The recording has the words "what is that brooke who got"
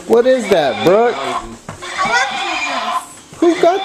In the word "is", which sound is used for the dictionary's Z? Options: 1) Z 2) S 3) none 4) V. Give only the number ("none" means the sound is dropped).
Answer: 1